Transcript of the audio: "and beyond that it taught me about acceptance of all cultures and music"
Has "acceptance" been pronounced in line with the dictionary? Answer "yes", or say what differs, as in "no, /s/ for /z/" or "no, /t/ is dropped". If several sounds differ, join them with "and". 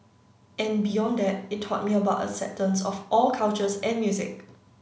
no, /k/ is dropped